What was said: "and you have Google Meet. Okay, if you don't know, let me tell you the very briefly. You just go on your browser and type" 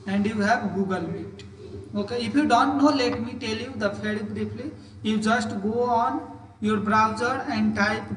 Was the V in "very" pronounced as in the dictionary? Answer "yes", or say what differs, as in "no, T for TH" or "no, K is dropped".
no, P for V